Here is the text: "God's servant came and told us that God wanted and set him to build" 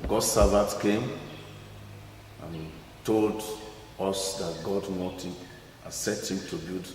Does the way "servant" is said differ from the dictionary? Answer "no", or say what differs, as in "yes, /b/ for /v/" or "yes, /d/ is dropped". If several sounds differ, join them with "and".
yes, /n/ is dropped